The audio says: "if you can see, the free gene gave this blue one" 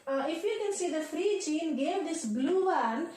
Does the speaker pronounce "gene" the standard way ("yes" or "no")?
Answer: no